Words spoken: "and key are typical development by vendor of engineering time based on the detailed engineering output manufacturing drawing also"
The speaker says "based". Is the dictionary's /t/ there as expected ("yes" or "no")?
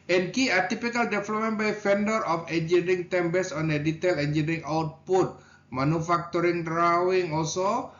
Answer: no